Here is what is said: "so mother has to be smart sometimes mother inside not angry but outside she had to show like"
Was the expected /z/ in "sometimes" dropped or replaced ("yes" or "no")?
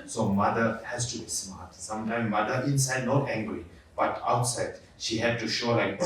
yes